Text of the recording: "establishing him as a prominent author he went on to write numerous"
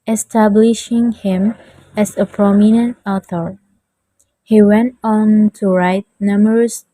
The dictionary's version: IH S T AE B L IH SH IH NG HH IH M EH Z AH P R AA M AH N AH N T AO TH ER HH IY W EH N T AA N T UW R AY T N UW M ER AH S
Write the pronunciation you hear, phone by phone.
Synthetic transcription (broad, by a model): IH S T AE B L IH SH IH NG HH IH M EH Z AH P R AA M AH N AH N T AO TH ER HH IY W EH N T AA N T UW R AY T N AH M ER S